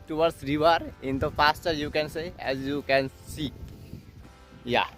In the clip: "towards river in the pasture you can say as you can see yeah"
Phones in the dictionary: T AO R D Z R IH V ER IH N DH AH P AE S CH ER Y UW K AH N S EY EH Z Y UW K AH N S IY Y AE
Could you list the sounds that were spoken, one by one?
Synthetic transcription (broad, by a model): T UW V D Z R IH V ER IH N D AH F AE S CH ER Y UW K AH N S EY EH Z Y UW K AH N S IY Y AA